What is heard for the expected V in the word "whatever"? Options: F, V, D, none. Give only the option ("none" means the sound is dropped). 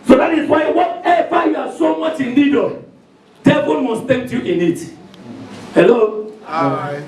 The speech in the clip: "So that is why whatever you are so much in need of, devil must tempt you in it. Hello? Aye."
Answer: F